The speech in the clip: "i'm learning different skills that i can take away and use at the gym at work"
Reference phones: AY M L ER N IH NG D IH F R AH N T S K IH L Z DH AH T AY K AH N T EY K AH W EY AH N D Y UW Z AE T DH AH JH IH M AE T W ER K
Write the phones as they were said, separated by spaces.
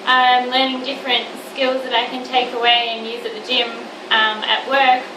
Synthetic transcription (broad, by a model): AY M L ER N IH NG D IH F R AH N T S K IH L Z DH AH T AY K AH N T EY K AH W EY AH N Y UW Z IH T DH AH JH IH M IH T W ER K